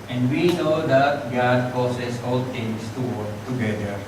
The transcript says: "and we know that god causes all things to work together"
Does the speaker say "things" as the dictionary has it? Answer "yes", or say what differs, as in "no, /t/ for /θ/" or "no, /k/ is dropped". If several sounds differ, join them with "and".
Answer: no, /t/ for /θ/ and /s/ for /z/